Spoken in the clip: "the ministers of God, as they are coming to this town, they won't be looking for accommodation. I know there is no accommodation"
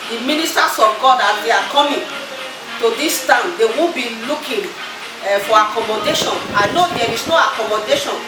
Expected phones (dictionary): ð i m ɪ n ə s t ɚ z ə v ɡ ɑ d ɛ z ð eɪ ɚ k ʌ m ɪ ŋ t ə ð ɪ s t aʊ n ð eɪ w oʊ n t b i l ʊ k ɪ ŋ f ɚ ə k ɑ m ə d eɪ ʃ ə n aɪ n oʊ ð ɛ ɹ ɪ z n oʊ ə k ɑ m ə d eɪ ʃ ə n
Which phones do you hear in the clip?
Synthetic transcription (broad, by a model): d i m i n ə s t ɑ s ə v ɡ ɑ d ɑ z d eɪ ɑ k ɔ m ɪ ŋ t ə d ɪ s t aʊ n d eɪ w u b i l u k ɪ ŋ f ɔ ə k ɑ m ə d eɪ ʃ ə n aɪ n oʊ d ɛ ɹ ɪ s n oʊ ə k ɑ m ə d eɪ ʃ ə n